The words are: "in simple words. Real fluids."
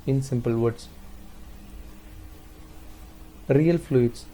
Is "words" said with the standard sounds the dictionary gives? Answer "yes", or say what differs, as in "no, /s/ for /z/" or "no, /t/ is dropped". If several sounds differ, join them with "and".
no, /s/ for /z/